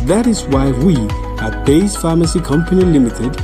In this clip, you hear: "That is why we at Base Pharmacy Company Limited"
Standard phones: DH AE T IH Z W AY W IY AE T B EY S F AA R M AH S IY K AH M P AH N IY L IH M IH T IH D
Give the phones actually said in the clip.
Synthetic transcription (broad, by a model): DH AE T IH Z W AY W IY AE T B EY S F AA M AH S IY K AH M P AH N IY L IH M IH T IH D